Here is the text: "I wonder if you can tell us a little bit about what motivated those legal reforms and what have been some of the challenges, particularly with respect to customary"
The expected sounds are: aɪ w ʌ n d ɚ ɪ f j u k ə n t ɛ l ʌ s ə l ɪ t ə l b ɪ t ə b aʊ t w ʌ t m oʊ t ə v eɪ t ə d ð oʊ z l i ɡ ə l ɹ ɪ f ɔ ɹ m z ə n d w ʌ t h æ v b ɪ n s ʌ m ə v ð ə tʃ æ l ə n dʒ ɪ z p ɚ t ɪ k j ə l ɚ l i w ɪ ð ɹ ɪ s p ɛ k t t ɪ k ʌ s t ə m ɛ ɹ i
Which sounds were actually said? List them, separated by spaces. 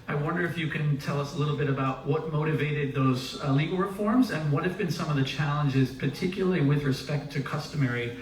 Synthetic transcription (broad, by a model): aɪ w ʌ n d ɚ ɪ f j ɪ k ə n t ɛ l ʌ s ə l ɪ t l b ɪ t ə b aʊ t w ʌ t m oʊ t ə v eɪ t ə d ð oʊ z l i ɡ l ɹ ɪ f ɔ ɹ m z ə n w ʌ t h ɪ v b ɪ n s ʌ m ə v ð ə tʃ æ l ə n dʒ ɪ z p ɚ t ɪ k j l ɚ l i w ɪ ð ɹ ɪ s p ɛ k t t ɪ k ʌ s t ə m ɛ ɹ i